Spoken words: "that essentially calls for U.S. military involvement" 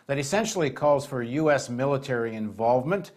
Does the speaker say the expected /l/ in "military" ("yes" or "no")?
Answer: yes